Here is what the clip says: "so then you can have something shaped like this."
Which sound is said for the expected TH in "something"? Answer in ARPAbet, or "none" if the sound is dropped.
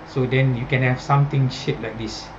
T